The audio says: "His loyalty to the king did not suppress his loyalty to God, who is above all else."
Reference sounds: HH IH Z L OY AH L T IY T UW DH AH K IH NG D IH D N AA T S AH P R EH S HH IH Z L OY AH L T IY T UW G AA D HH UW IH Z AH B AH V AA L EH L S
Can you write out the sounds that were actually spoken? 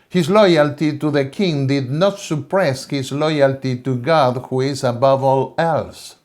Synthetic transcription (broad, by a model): HH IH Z L OY AH L T IY T UW DH AH K IH NG D IH D N AA T S AH P R EH S HH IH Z L OY AH L T IY T UW G AA D HH UW IH Z AH B AH V AA L EH L S